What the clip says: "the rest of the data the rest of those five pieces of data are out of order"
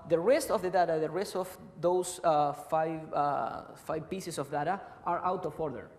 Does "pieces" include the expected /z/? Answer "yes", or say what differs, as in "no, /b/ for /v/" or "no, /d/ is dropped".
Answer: no, /s/ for /z/